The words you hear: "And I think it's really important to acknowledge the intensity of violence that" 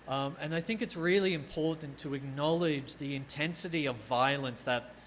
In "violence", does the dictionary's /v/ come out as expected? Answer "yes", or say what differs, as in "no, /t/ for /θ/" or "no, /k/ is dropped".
yes